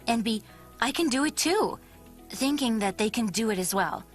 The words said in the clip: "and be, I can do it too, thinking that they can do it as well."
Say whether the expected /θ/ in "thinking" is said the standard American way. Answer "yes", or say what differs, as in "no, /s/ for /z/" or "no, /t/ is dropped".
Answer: yes